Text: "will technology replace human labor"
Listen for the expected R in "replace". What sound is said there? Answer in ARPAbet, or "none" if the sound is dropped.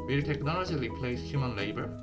L